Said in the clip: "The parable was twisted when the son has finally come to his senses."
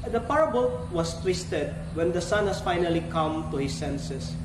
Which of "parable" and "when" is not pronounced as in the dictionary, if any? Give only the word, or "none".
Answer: none